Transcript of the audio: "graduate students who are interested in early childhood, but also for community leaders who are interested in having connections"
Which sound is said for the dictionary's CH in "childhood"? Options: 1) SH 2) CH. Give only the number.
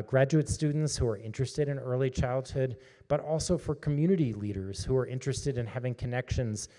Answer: 2